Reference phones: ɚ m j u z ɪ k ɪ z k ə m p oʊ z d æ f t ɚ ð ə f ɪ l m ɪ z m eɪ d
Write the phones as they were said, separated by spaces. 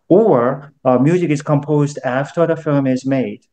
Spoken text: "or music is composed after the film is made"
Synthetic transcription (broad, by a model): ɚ m j u z ɪ k ɪ z k ə m p oʊ z d æ f t ɚ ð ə f ɪ l m ɪ z m eɪ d